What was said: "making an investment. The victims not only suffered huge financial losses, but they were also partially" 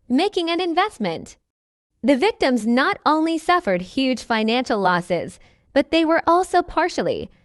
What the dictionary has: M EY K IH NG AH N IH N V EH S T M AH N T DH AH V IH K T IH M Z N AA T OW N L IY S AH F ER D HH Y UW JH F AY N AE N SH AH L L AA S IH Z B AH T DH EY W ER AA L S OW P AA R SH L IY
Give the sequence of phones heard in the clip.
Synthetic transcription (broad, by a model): M EY K IH NG AH N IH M V EH S T M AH N T DH AH V IH K T IH M Z N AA T OW N L IY S AH F ER D HH Y UW JH F AY N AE N SH L L AA S IH Z B AH T DH EY W ER AA L S OW P AA R SH L IY